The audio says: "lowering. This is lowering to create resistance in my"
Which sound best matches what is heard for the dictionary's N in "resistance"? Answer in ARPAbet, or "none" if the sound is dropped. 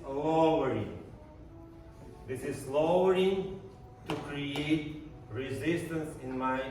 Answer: N